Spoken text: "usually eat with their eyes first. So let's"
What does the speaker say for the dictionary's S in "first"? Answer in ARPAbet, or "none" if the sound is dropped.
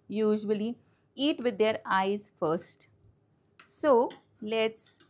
S